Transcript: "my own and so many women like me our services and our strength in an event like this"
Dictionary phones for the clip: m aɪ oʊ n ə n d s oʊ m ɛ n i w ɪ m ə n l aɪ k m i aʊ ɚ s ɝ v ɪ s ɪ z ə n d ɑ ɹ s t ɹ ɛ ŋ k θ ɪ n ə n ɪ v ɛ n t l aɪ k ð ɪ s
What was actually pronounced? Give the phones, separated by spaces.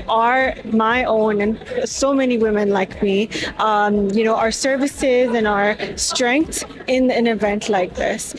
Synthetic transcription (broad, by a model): m aɪ oʊ n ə n s oʊ m ɛ n i w ɪ m ə n l aɪ k m i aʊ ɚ s ɝ v ɪ s ɪ z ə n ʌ ɹ s t ɹ ɛ ŋ k θ ɪ n ə n ɪ v ɛ n t l aɪ k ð ɪ s